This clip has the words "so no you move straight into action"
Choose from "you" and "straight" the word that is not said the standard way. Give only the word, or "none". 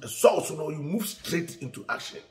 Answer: none